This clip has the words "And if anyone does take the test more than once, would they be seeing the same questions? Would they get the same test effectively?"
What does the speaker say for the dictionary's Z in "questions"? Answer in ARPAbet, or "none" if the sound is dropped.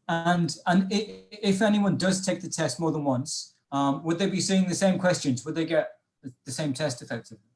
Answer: Z